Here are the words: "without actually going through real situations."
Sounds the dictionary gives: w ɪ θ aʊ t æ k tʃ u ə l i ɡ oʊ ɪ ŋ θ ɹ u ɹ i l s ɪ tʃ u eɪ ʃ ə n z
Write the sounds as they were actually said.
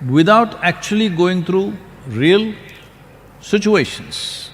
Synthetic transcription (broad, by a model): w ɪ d aʊ t æ k tʃ u ə l i ɡ oʊ ɪ ŋ t ɹ u ɹ i l s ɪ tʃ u eɪ ʃ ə n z